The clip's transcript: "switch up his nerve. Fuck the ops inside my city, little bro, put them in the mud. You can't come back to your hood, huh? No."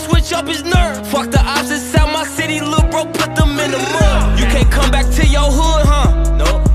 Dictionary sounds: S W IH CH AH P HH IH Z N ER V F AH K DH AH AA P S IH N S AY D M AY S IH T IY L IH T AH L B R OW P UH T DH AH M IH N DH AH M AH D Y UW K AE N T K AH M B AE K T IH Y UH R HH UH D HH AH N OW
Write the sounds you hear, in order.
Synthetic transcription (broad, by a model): S W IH CH AH P HH IH Z N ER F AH K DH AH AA B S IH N S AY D M AY S IH T IY L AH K B R OW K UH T DH AH M IH N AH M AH Y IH K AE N K AH M B AE K T IH Y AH R HH UH D HH AH N OW